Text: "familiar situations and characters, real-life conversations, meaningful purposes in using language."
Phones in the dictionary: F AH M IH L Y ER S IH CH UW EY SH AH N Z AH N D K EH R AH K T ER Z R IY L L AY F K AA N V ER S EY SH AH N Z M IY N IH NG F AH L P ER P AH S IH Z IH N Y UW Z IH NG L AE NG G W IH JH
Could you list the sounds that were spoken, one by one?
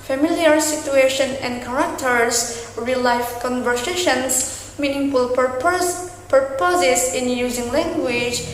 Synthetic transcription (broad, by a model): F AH M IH L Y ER S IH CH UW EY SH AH N AH N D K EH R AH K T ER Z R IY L L AY F K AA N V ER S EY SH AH N S M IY N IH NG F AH L P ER P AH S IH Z IH N Y UW Z IH NG L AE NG G W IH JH